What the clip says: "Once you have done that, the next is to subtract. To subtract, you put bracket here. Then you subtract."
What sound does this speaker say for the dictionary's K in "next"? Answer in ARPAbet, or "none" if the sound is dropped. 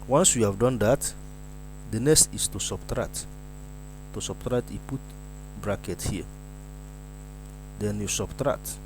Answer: none